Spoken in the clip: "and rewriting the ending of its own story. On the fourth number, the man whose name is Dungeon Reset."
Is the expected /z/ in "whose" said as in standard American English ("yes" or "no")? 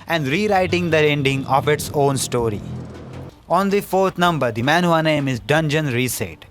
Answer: no